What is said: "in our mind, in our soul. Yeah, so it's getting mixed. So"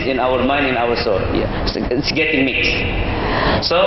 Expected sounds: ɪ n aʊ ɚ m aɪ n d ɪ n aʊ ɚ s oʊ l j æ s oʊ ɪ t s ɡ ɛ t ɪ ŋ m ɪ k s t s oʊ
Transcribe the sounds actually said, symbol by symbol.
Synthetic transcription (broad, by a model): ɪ n aʊ ɚ m aɪ n d ɪ n aʊ ɚ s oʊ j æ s ɪ t s ɡ ɛ t ɪ ŋ m ɪ k s t s oʊ